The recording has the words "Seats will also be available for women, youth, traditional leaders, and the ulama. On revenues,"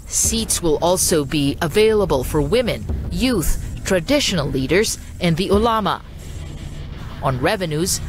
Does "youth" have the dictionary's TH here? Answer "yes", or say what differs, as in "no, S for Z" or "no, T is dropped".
yes